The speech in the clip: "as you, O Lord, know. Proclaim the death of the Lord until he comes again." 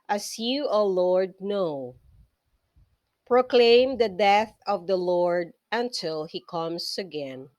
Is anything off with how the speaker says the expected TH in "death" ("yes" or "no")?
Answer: no